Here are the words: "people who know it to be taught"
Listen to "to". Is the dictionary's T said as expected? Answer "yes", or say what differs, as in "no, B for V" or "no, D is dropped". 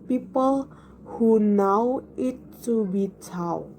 no, S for T